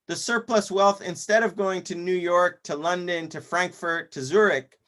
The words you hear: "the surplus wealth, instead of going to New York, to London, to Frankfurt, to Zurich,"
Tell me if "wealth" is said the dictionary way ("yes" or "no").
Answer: yes